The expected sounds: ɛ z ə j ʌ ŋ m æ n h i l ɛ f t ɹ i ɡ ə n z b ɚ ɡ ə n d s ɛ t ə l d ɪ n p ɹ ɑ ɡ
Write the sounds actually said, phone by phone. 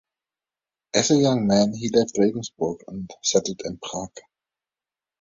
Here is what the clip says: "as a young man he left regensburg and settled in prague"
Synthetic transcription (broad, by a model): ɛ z ə j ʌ ŋ m æ n h i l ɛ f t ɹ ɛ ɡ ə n s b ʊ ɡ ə n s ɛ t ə d ɪ n p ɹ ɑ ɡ